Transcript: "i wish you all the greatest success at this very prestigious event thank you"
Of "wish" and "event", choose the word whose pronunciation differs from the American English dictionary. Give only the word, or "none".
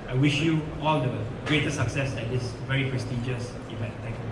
event